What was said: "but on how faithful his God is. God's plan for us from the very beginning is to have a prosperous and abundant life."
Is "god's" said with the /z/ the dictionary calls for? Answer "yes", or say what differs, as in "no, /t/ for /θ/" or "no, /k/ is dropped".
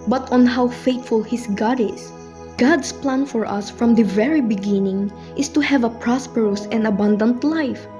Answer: no, /s/ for /z/